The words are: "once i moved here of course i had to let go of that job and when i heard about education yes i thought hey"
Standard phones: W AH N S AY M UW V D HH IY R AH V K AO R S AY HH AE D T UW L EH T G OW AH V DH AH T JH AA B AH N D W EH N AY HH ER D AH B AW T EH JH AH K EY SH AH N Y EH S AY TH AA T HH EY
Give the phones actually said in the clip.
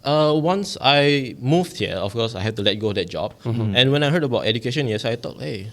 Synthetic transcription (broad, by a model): W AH N S AY M UW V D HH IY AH F K AO S AY HH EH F T UW L EH T G OW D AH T JH AA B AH N W EH N AY HH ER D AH B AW T EH JH AH K EY SH AH N Y EH S AY T AA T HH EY